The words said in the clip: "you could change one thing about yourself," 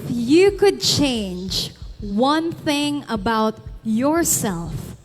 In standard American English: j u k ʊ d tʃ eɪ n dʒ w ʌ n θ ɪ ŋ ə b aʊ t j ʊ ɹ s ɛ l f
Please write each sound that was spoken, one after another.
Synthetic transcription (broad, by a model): j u k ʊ d tʃ eɪ n dʒ w ʌ n θ ɪ ŋ ə b aʊ t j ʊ ɹ s ɛ l f